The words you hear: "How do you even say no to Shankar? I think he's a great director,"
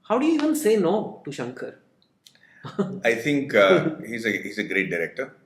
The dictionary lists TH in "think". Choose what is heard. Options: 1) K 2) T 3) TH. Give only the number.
2